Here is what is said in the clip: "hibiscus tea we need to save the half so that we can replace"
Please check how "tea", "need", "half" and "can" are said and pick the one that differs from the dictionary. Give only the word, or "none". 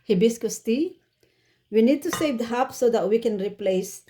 half